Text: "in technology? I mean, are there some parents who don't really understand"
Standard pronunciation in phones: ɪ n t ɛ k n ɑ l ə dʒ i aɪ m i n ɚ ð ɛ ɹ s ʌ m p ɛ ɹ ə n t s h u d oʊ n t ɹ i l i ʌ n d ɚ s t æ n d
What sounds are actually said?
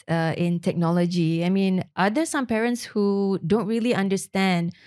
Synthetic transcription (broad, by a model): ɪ n t ɛ k n ɑ l ə dʒ i aɪ m i n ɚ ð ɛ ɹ s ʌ m p ɛ ɹ ə n t s h u d oʊ n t ɹ i l i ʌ n d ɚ s t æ n d